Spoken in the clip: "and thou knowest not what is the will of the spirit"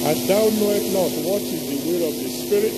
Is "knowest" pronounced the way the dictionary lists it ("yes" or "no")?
no